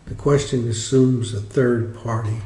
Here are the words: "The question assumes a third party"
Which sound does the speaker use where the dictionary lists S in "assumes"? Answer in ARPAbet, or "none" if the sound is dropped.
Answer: S